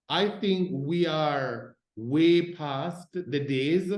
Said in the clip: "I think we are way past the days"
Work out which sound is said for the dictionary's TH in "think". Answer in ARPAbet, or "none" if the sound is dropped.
TH